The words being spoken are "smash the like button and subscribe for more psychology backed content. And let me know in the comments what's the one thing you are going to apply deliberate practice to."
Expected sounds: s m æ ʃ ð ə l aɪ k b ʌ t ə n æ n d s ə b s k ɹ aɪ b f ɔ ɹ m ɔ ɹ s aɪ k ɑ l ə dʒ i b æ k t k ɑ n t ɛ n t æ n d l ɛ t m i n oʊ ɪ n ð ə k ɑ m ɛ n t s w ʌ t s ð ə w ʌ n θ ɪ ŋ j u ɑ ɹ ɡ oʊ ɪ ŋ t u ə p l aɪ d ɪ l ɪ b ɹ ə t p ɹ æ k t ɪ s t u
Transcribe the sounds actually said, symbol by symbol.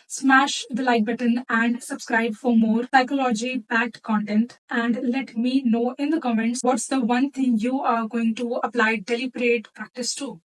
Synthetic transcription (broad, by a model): s m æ ʃ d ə l aɪ k b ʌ t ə n æ n d s ə b s k ɹ aɪ b f ɔ ɹ m ɔ ɹ s aɪ k ɑ l ə dʒ i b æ t k ɑ n t ɛ n t æ n d l ɛ t m i n oʊ ɪ n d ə k ɑ m ɛ n t s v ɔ t s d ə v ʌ n t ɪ ŋ j u ɑ ɹ ɡ oʊ ɪ ŋ t u ə p l aɪ d ɪ l ɪ b ɹ ə t p ɹ æ k t ɪ s t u